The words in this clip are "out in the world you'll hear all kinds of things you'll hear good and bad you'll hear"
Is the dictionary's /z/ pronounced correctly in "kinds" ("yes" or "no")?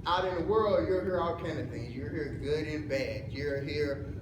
no